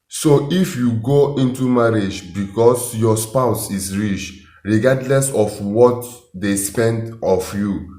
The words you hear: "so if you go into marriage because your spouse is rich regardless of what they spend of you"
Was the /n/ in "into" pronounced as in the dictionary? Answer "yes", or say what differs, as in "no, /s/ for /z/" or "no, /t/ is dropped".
yes